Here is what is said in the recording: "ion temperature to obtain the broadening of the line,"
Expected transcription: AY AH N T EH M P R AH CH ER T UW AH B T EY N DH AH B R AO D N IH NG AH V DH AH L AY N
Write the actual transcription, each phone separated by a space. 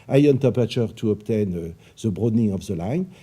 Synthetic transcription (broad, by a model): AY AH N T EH P AH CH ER T UW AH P T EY N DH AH B R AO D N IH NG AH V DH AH L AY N